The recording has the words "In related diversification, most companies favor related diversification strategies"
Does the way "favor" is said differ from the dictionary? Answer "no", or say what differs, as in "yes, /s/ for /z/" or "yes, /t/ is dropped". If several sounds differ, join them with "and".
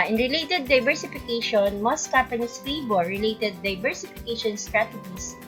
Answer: yes, /b/ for /v/